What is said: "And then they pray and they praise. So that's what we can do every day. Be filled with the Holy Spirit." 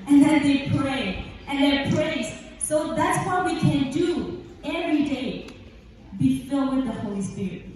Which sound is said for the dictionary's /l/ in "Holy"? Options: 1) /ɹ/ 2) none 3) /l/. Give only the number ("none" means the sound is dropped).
3